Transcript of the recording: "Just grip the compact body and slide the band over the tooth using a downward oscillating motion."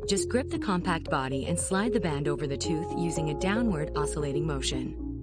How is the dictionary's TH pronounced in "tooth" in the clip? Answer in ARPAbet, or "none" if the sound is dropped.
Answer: TH